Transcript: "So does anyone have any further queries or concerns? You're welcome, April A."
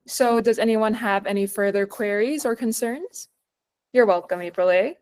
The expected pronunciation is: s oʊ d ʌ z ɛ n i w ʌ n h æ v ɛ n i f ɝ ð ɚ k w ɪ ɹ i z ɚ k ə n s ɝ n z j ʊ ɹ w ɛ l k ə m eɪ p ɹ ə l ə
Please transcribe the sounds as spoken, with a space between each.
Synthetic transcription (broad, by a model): s oʊ d ʌ z ɛ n i w ʌ n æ v ɛ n i f ɝ ð ɚ k w ɪ ɹ i z ɚ k ə n s ɝ n z j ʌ ɹ w ɛ l k ə m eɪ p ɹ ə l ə